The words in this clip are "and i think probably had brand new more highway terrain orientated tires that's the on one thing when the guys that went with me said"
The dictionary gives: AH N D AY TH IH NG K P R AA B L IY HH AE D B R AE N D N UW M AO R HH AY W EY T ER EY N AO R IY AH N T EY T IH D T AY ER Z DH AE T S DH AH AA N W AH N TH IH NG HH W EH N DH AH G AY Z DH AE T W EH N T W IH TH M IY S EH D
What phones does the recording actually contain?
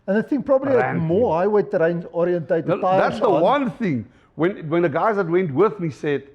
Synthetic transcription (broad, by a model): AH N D AY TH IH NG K P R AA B IY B L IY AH M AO HH AY W EY T ER EY N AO R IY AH N T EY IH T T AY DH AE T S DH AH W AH N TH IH NG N W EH N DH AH G AY Z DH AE T W EH N T W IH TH M IY S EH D